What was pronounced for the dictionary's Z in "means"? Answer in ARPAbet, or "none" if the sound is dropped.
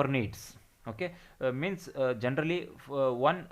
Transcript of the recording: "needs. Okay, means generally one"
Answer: S